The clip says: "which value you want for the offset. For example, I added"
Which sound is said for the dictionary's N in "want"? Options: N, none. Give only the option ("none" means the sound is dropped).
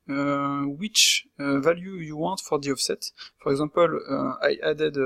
none